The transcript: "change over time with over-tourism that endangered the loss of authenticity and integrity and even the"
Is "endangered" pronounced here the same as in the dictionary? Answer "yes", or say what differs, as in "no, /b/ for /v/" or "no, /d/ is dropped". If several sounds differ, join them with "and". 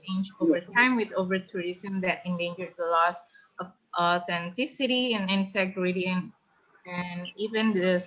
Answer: yes